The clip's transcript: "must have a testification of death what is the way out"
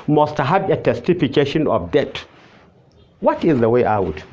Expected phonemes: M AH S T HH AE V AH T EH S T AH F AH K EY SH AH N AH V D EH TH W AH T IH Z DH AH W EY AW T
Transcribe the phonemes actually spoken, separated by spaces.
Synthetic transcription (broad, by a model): M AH S T HH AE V AH T EH S T AH F AH K EY SH AH N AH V D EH T W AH T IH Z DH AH W EY AW T